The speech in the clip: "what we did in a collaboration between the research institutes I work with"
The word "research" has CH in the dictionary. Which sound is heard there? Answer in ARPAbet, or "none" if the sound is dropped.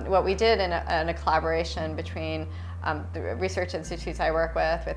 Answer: CH